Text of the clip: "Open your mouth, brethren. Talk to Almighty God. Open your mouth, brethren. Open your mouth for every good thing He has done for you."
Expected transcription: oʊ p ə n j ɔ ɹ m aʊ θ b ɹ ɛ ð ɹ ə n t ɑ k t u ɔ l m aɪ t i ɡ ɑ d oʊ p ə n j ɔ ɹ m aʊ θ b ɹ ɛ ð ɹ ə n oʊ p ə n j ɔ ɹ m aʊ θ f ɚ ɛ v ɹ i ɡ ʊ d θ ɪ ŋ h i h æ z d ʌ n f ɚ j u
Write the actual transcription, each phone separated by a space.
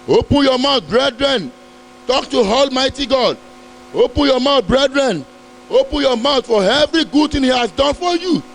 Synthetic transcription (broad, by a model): oʊ p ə n j ɔ m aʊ t b ɹ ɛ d ɹ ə n t ɑ k t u ɔ l m aɪ t i ɡ ɑ d oʊ p ə n j ɔ m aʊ t b ɹ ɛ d ɹ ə n oʊ p ə n j ɔ m aʊ t f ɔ ɛ v ɹ i ɡ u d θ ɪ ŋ h i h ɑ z d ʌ n f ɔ j u